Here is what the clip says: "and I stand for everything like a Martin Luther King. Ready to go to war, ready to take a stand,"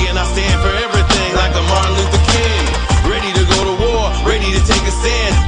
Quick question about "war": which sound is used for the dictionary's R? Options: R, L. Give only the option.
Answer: R